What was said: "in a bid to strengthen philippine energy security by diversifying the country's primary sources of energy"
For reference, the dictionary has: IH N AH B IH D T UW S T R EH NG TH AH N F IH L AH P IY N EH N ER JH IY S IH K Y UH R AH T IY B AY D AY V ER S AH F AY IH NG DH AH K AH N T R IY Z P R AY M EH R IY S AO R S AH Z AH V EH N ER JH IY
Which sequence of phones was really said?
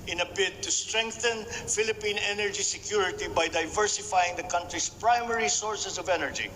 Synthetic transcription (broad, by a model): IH N AH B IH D T UW S T R EH NG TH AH N F IH L AH P IY N EH N ER JH IY S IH K Y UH R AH T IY B AY D AY V ER S AH F AY IH NG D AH K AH N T R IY S P R AY M EH R IY S AO R S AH S AH V EH N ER JH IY